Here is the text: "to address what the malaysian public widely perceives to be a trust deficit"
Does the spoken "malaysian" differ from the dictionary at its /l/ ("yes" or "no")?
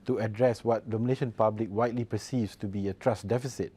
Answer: yes